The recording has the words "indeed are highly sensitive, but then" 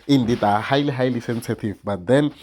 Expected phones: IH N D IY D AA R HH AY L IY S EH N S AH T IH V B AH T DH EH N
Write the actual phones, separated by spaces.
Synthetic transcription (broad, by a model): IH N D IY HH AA L HH AY L IY S EH N S AH T IH V B AH T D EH N